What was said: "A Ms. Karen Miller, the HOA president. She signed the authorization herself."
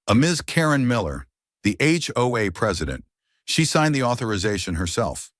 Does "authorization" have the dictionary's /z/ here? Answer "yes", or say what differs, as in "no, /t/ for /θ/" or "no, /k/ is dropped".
yes